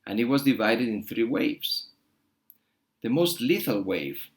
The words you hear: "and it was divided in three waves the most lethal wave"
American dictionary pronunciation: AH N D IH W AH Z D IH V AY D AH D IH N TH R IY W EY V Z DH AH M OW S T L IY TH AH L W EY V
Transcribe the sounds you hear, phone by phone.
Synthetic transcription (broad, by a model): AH N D IH W AH Z D IH V AY D AH D IH N TH R IY W EY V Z DH AH M OW S T L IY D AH L W EY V